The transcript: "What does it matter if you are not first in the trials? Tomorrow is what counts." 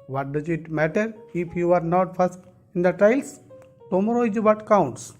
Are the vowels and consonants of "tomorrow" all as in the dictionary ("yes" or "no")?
yes